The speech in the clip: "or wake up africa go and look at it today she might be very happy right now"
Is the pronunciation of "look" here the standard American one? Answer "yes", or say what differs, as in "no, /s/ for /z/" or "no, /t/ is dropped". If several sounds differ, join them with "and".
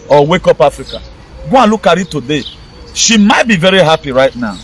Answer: yes